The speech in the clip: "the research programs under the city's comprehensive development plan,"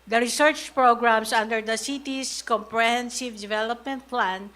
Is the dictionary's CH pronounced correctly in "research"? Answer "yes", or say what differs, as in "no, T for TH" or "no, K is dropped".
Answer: yes